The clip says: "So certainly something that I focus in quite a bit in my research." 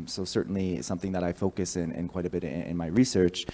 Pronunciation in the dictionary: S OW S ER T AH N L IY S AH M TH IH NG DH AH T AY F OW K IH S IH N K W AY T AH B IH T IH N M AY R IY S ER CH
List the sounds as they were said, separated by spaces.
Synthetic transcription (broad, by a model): S OW S ER T N L IY S AH M TH IH NG DH AH T AY F OW K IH S IH N K W AY T AH B IH T IH N M AY R IY S ER CH